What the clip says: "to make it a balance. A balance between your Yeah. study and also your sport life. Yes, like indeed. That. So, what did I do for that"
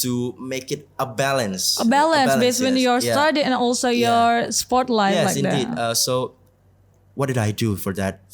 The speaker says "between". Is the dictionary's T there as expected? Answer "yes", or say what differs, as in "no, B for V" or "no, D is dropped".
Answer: no, S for T